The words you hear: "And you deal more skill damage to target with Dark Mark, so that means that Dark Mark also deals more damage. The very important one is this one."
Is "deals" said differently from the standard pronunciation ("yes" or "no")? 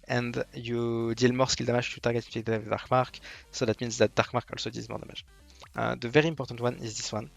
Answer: yes